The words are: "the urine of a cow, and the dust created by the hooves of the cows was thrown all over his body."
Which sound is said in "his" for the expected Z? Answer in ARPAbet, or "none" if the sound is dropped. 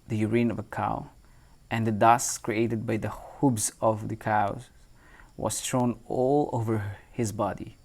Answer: Z